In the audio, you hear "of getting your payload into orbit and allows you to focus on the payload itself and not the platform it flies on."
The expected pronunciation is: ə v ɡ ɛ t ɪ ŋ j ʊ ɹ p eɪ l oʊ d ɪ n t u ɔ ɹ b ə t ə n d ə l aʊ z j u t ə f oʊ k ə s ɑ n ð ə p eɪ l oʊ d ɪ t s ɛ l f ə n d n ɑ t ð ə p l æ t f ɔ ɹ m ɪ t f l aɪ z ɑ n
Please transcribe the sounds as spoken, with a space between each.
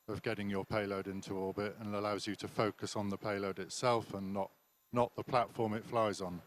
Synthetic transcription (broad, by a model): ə v ɡ ɛ t ɪ ŋ j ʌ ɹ p eɪ l oʊ d ɪ n t u ɔ l b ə t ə n ə l aʊ z j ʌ t ə f oʊ k ə s n ð ə p eɪ l oʊ d ɪ t s ɛ l f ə n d n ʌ t ð ə p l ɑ t f ɔ ɹ m ɪ t f l aɪ z n